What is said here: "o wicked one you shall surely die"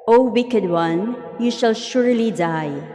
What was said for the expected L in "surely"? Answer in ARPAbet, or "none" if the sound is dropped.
L